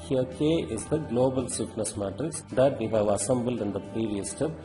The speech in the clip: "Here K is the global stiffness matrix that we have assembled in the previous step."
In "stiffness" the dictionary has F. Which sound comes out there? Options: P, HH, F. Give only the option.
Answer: P